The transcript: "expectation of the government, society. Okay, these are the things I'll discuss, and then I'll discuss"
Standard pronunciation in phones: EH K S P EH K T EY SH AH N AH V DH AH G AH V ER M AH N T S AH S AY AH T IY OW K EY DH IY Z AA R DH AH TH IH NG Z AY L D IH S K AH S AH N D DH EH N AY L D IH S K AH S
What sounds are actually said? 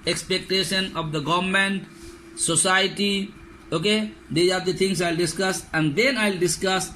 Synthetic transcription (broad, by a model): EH K S P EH K T EY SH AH N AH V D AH G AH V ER M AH N T S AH S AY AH T IY OW K EY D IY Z AA R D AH T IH NG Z AY L D IH S K AH S AH N D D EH N AY L D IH S K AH S